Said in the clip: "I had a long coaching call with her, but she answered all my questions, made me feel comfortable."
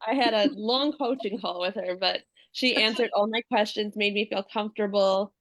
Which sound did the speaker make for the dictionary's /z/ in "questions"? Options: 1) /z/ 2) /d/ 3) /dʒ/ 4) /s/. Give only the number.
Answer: 1